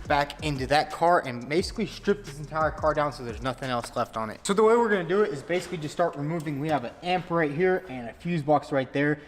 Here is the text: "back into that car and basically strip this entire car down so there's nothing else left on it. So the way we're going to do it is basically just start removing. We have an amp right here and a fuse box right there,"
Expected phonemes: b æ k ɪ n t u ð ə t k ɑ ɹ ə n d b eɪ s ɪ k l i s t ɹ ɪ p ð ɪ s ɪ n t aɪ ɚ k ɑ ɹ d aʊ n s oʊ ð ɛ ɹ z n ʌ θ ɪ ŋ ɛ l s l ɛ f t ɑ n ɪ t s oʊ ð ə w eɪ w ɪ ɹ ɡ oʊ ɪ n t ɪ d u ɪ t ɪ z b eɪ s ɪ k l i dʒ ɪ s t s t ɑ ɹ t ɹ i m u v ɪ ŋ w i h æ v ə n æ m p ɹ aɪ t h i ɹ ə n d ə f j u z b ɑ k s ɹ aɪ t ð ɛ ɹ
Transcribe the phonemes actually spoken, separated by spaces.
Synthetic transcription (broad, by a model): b æ k ɪ n t u ð ə t k ɑ ɹ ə n b eɪ s ɪ k l i s t ɹ ɪ p ð ɪ s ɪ n t aɪ ɚ k ɑ ɹ d aʊ n s oʊ ð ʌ ɹ z n ʌ θ ɪ ŋ ɛ l s l ɛ f t n ɪ t s oʊ ð ə w eɪ w ɪ ɹ ɡ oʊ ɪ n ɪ d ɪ ɪ t ɪ z b eɪ s ɪ k l i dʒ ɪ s s t ɑ ɹ t ɹ i m u v ɪ ŋ w i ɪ v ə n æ m p ɹ aɪ t h i ɹ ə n ə f j u z b ɑ k s ɹ aɪ t ð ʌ ɹ